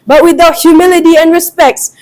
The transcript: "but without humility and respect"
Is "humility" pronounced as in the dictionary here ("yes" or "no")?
yes